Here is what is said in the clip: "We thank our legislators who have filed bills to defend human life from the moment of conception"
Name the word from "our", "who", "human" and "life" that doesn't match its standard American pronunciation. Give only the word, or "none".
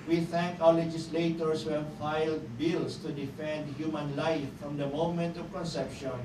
our